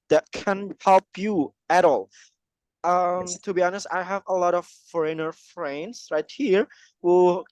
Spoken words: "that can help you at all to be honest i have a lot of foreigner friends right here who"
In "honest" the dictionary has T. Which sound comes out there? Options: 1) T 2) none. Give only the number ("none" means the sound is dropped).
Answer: 1